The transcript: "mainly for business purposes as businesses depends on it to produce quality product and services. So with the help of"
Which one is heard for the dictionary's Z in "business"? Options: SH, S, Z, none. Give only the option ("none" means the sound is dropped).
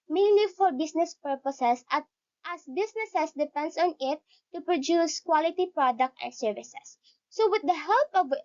S